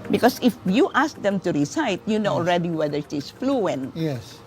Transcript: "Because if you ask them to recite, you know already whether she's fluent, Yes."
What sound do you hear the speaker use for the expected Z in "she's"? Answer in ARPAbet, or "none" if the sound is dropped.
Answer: S